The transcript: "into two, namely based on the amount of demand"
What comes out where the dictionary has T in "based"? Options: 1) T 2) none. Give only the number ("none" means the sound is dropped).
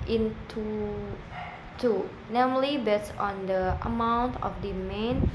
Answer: 2